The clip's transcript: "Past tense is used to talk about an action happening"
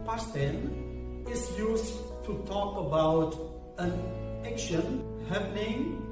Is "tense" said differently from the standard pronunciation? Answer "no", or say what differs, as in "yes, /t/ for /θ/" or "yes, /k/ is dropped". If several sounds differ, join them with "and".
yes, /s/ is dropped